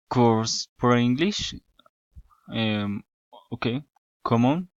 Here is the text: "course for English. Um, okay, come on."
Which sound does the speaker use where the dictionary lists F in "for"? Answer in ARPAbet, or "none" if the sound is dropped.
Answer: P